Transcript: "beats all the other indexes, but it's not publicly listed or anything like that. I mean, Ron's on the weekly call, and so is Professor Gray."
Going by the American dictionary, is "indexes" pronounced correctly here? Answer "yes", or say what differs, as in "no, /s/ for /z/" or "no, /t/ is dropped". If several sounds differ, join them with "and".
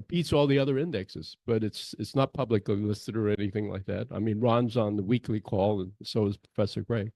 yes